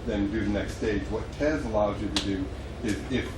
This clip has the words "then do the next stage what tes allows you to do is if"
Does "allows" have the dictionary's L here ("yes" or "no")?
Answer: no